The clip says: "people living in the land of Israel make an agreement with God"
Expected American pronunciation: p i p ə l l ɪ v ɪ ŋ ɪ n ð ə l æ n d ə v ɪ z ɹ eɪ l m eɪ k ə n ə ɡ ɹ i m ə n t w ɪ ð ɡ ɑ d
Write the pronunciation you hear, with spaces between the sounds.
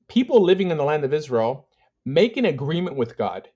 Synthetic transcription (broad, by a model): p i p l l ɪ v ɪ ŋ ɪ n ð ə l æ n d ə v ɪ z ɹ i l m eɪ k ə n ə ɡ ɹ i m ə n t w ɪ ð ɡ ɑ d